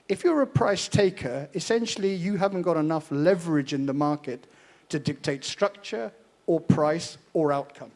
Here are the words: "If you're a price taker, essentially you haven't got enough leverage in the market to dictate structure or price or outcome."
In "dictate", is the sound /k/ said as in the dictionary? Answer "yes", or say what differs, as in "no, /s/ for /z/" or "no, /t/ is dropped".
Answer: yes